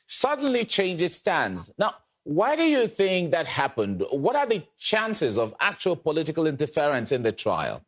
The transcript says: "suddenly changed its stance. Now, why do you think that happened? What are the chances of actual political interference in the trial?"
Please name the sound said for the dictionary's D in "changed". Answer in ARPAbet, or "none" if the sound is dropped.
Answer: none